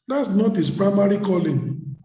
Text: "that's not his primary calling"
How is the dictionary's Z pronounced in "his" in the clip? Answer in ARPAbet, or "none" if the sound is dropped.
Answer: S